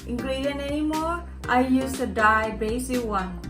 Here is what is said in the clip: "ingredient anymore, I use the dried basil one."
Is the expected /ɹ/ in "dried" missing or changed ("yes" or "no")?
yes